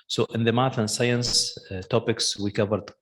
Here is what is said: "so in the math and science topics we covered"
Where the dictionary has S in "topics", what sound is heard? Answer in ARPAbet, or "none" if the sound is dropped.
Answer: S